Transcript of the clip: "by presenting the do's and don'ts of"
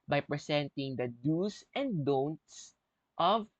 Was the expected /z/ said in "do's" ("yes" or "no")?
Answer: no